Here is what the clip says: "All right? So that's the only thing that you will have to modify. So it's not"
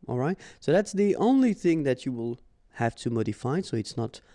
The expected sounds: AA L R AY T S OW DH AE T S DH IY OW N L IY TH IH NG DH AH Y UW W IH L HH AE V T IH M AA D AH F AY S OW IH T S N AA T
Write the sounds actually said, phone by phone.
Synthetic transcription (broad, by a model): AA L R AY T S OW DH AE T S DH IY OW N L IY TH IH NG DH AH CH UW W IH L HH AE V T IH M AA D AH F AY S OW IH T S N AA T